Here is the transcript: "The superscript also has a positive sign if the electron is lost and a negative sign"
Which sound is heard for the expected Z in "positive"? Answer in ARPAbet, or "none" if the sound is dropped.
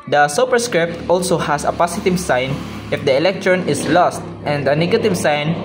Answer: S